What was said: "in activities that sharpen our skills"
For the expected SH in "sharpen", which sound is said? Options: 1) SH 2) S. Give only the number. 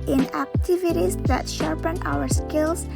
1